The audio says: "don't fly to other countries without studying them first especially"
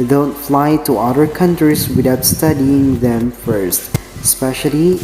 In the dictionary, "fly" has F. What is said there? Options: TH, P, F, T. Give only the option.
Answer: F